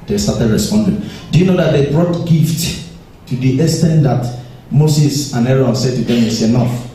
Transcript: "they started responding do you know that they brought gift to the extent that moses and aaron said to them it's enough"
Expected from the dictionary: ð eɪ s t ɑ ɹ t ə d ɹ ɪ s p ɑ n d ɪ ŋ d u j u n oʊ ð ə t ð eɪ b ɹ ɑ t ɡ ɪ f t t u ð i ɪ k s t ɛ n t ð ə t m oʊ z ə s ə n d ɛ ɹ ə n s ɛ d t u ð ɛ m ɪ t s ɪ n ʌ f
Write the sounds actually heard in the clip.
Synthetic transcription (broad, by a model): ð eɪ s t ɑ t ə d ɹ ɪ s p ɑ n d ɪ ŋ d u j u n oʊ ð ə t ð eɪ b ɹ ɑ t ɡ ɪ f t t u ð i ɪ s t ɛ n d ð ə t m oʊ s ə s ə n ɛ ɹ ə n s ɛ d t u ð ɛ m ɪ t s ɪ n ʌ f